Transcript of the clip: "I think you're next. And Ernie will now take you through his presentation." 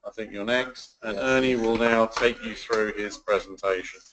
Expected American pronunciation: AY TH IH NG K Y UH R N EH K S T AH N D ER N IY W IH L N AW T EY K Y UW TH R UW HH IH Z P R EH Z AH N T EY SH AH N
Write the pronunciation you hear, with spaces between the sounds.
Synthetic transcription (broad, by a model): AY TH IH NG K Y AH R N EH K S T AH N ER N IY W IH L N AW T EY K Y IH TH R UW IH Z P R EH Z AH N T EY SH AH N